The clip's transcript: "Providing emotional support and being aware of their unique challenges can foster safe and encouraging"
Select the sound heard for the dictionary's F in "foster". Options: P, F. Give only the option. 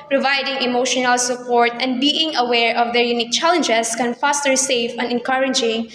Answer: F